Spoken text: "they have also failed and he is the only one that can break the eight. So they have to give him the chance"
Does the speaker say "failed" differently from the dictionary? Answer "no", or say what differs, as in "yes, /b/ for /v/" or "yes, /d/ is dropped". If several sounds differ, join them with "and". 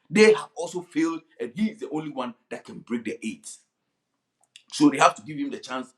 no